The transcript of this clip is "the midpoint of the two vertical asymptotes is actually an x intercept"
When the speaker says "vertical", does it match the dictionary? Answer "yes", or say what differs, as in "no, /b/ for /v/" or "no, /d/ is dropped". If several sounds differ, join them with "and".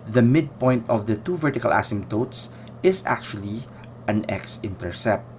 yes